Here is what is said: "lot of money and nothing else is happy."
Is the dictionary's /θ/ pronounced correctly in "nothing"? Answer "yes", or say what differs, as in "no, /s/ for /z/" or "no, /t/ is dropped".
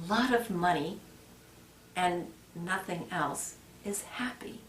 yes